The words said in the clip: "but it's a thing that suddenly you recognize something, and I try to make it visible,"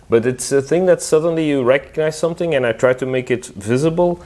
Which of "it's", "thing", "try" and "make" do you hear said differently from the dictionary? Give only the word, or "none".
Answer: none